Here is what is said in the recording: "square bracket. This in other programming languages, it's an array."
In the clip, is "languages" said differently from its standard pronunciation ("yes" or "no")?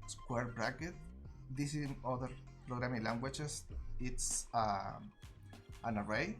yes